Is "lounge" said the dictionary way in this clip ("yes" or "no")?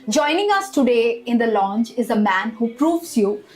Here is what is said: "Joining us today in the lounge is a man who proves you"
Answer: no